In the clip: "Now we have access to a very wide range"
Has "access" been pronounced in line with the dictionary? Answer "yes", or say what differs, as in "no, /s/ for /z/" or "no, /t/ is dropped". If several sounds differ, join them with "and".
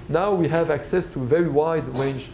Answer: yes